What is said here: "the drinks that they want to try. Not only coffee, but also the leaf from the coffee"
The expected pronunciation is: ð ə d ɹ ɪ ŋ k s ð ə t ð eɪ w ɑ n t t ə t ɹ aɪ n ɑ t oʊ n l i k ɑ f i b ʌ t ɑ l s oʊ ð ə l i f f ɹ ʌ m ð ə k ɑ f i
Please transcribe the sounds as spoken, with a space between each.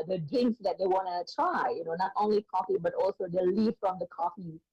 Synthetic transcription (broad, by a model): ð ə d ɪ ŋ s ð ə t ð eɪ w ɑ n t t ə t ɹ aɪ n ɑ t oʊ n l i k ɑ f i b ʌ t ɑ l s oʊ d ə l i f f ɹ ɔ m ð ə k ɑ f i